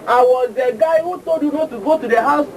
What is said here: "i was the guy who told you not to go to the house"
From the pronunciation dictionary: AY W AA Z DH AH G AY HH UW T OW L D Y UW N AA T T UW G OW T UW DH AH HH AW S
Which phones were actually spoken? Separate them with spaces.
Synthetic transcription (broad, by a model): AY W AA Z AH G AY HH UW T OW D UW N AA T T UW G OW T UW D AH HH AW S